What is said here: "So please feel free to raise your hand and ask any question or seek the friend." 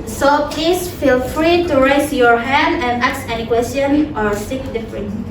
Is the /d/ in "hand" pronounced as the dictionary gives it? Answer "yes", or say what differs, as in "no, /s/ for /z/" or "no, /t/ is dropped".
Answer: yes